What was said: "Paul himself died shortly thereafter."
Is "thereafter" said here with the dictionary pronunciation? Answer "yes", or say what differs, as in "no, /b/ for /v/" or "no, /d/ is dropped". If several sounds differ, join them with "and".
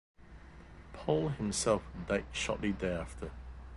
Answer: no, /ɹ/ is dropped